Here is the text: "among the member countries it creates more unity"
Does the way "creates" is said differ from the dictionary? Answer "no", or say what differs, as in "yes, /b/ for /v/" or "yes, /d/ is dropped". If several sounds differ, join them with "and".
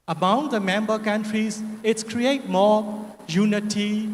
yes, /s/ is dropped